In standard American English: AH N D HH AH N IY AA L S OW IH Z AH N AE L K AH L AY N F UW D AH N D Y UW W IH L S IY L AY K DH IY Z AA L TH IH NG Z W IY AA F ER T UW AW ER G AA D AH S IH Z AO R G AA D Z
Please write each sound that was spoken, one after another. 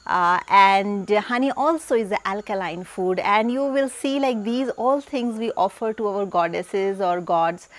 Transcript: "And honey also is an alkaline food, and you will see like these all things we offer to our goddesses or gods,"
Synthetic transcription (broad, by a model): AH N D HH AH N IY AA L S OW IH Z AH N AE L K AH L AY N F UW D AH N D Y UW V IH L S IY L AY K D IY Z AA L T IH NG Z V IY AA F ER T UW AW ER G AA D AH S IH Z AO R G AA D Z